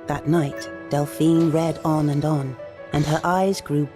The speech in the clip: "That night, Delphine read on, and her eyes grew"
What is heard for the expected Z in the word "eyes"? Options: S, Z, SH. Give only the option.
Z